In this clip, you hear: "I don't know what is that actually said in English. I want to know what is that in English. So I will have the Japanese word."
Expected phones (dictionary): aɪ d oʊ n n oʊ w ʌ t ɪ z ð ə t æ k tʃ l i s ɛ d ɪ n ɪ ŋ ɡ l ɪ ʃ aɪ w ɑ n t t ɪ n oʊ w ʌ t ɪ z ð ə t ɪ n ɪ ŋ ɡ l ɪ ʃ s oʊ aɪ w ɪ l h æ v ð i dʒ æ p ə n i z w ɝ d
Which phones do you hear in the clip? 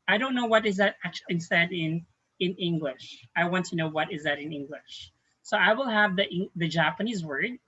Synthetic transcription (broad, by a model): aɪ d oʊ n n oʊ w ʌ t ɪ z ð ə t æ k tʃ l i s ɛ d ɪ n ɪ ŋ ɡ l ɪ ʃ aɪ w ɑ n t t ɪ n oʊ w ʌ t ɪ z ð ə t ɪ n ɪ ŋ ɡ l ɪ ʃ s oʊ aɪ w ɪ l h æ v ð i dʒ æ p ə n i z w ɝ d